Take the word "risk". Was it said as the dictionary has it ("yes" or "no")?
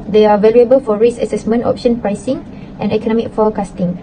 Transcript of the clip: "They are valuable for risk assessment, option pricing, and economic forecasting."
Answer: no